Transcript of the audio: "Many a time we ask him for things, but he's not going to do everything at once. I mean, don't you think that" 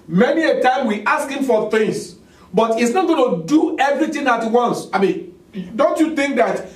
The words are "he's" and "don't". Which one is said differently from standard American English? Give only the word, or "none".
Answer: he's